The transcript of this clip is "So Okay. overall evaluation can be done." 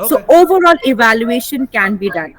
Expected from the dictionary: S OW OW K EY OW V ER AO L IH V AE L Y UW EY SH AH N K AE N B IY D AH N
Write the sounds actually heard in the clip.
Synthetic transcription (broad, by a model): S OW OW OW V ER AO L IH V AE L Y UW EY SH AH N K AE N B IY D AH N